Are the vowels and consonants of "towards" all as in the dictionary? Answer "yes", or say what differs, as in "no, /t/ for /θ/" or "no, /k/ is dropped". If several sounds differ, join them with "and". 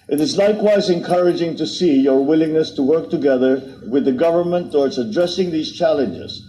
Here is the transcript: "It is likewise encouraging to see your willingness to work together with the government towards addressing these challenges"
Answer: no, /s/ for /z/